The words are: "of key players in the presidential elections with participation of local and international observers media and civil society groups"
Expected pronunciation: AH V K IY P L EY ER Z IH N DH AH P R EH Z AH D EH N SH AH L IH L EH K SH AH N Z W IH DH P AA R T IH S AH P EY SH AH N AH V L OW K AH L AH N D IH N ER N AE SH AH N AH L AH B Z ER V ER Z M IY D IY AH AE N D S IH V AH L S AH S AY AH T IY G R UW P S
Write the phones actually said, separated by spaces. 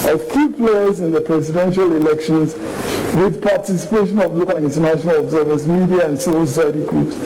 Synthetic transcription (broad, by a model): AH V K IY P L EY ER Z IH N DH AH P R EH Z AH D EH N SH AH L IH L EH K SH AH N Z W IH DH P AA T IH S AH P EY SH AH N AH V L OW K AH L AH N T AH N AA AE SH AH N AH L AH B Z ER V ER S M IY D IY AH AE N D S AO AH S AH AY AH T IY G R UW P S